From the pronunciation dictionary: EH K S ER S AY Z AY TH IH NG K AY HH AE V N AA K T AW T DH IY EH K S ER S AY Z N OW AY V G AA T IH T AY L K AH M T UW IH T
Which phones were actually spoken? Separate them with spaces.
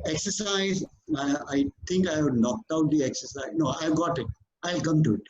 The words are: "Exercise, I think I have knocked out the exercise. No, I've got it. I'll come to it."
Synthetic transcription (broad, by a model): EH K S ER S AY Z AY T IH NG K AY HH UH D N AA K T AW T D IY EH K S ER S AY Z N OW AY V G AA T IH T AY L K AH M T UW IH T